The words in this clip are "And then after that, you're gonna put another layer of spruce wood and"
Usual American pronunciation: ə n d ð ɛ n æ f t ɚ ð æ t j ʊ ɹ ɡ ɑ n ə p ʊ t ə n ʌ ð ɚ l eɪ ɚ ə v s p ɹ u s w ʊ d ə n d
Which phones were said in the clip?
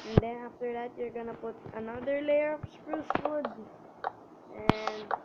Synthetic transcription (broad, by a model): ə n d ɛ n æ f t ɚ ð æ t j ʊ ɹ ɡ ɑ n ə p ʊ t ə n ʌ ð ɚ l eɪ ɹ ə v s p ɹ u s w ʊ d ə n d